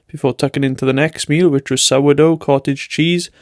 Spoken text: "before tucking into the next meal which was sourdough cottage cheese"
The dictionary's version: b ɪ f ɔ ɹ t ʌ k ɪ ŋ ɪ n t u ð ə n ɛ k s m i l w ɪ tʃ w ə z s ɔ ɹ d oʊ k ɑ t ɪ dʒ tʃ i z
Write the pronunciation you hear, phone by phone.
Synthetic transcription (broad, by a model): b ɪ f ɔ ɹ t ʌ k ɪ ŋ ɪ n t u ð ə n ɛ k s m i l w ɪ tʃ w ə z s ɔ w d oʊ k ɑ t ɪ dʒ tʃ i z